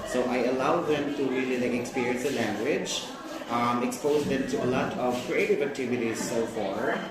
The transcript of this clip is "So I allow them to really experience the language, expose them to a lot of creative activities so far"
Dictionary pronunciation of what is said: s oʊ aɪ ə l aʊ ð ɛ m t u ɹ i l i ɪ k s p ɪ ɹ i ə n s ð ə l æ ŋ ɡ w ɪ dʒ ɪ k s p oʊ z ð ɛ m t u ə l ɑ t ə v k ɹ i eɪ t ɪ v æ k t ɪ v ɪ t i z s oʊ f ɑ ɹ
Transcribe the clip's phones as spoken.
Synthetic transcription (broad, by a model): s oʊ aɪ ə l aʊ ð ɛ m t u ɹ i l i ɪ k s p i ɹ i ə n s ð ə l æ ŋ ɡ w ɪ dʒ ɪ k s p oʊ z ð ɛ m t u ə l ɑ t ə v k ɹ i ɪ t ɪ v æ k t ɪ v ɪ t i z s oʊ f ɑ ɹ